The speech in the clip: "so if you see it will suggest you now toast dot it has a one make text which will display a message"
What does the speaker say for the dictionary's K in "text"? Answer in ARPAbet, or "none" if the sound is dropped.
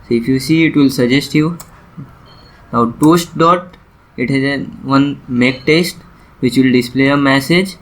none